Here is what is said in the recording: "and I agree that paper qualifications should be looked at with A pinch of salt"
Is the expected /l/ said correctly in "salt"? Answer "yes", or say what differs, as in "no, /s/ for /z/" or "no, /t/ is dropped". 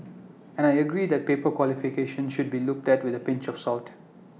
yes